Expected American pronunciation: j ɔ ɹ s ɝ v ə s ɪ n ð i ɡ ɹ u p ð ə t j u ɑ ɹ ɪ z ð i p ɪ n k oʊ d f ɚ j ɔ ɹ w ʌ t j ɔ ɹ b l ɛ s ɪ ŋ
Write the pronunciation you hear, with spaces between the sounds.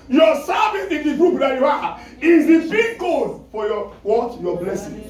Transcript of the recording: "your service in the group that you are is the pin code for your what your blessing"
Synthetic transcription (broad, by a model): j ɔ s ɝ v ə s ɪ n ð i ɡ ɹ u p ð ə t j u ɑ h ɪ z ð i b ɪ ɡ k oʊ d f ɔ j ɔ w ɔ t j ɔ b l ɛ s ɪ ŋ